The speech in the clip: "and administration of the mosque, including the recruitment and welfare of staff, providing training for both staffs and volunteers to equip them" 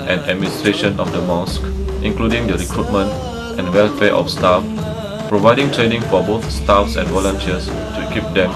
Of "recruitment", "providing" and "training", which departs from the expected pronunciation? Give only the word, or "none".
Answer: none